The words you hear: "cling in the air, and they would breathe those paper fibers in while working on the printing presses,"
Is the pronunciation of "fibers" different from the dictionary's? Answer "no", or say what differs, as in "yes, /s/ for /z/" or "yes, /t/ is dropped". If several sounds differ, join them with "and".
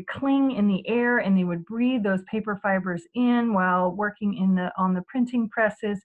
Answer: no